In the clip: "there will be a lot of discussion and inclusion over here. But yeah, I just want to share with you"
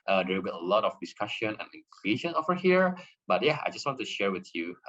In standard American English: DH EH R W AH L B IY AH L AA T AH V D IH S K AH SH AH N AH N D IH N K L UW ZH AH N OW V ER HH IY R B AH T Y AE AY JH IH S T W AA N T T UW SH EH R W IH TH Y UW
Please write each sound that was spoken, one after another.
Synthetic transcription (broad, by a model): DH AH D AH W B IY AH L AA T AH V D IH S K AH SH AH N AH N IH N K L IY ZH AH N OW V ER HH IY R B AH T Y AE AY JH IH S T W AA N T T UW SH EH R W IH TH Y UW